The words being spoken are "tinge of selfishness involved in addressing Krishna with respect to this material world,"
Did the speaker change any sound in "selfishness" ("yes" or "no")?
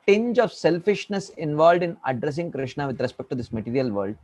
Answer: no